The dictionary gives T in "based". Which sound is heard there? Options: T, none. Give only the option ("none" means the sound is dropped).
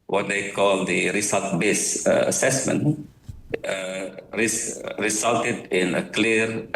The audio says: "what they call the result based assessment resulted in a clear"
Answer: none